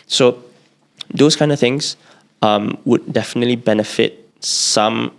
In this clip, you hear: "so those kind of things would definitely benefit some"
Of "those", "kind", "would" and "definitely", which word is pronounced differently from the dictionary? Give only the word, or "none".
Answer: those